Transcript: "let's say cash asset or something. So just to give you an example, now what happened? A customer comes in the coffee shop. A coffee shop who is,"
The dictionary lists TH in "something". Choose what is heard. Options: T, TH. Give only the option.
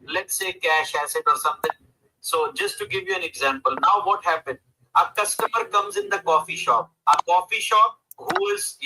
T